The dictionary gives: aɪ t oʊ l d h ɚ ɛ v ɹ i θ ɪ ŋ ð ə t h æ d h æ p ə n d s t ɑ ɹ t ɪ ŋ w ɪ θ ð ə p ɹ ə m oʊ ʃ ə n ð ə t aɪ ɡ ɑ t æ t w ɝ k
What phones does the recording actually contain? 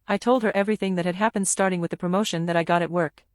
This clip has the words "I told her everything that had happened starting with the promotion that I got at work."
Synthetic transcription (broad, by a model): aɪ t oʊ l d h ɚ ɛ v ɹ i θ ɪ ŋ ð ə t h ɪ d h æ p ə n d s t ɑ ɹ t ɪ ŋ w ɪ ð ə p ɹ ə m oʊ ʃ ə n ð ə t aɪ ɡ ɑ t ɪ t w ɝ k